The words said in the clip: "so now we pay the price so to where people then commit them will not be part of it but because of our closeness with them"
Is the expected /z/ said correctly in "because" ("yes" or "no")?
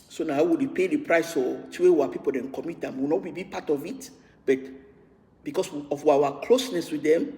no